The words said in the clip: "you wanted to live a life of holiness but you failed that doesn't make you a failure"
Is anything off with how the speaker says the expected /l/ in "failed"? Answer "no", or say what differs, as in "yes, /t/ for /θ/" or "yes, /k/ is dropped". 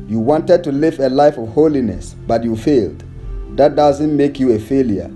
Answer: no